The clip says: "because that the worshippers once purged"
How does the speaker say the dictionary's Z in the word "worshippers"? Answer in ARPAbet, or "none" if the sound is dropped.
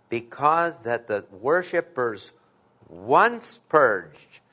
Z